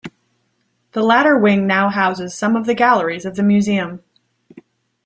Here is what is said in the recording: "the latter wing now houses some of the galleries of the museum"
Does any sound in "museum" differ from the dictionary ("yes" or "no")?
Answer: no